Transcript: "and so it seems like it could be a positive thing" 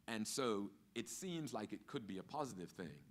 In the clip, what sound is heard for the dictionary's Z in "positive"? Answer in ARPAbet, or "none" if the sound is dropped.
Z